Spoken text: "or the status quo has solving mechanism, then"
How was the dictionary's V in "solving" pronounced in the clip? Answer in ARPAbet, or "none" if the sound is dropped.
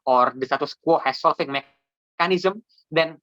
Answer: F